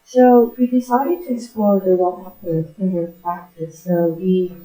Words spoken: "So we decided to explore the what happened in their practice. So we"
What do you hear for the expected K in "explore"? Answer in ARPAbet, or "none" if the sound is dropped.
none